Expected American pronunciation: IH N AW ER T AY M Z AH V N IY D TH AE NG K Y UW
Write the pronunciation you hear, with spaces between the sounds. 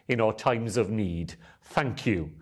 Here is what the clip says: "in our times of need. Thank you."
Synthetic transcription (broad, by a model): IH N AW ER T AY M Z AH V N IY D TH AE NG K Y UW